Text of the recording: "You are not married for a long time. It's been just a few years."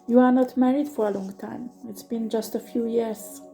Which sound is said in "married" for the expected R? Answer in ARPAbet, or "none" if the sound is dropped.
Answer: R